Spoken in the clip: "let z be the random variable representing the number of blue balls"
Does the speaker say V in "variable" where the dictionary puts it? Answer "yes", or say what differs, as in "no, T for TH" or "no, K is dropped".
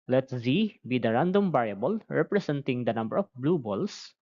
no, B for V